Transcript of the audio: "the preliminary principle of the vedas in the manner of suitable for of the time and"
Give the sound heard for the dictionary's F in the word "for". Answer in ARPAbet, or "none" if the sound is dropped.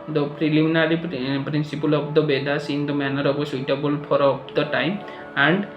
P